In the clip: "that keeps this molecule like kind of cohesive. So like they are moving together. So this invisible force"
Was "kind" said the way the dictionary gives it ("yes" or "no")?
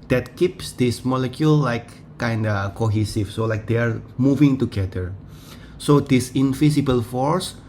yes